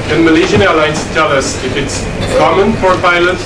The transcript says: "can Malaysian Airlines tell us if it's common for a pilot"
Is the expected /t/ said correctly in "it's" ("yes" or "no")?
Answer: yes